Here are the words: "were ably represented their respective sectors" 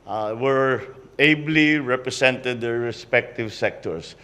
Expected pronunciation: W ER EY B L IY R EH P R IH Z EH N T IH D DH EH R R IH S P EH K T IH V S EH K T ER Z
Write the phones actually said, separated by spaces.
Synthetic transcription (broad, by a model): W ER EY B L IY R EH P R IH S EH N T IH D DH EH R R IH S P EH K T IH V S EH K T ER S